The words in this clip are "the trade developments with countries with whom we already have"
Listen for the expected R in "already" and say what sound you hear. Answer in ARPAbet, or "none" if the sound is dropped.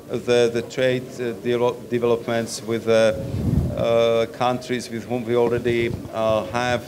R